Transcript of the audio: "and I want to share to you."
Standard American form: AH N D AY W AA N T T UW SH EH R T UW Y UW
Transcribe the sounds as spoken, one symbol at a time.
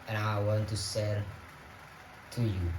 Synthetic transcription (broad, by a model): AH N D AY W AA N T T UW S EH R T UW Y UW